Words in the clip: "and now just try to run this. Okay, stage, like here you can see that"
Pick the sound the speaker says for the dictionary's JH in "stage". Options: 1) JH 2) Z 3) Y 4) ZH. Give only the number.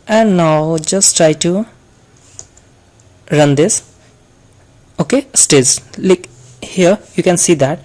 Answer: 2